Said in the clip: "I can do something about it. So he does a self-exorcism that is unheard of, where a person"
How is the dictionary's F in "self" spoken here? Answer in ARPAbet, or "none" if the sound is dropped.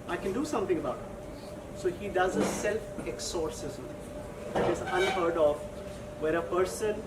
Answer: F